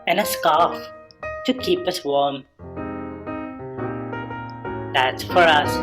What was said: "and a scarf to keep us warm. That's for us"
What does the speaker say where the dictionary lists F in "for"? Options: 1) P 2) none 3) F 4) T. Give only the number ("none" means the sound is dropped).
3